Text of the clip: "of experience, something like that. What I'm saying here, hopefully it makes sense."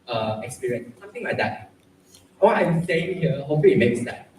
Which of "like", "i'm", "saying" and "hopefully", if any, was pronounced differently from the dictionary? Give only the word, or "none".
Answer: hopefully